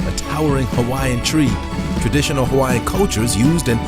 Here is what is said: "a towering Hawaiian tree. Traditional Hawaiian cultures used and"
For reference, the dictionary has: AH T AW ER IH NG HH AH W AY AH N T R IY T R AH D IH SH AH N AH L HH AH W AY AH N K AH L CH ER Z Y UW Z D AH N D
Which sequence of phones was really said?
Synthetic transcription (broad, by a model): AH T AW ER IH NG HH AH W AY AH N T R IY T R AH D IH SH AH N L HH AH W AY AH N K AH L CH ER Z Y UW Z D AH N